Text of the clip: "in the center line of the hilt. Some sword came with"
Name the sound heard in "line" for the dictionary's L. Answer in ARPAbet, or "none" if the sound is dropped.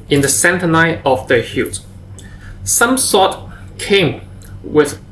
N